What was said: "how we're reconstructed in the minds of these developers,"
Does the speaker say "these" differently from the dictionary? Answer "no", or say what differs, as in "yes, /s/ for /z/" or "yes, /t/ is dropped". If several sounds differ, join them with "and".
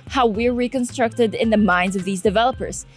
no